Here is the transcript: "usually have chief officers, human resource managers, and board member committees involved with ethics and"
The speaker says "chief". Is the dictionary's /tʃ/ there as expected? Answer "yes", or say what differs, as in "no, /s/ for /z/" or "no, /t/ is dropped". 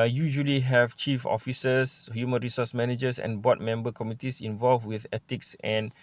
yes